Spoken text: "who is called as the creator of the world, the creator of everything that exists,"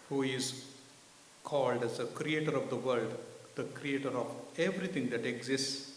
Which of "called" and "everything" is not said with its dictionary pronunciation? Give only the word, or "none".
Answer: everything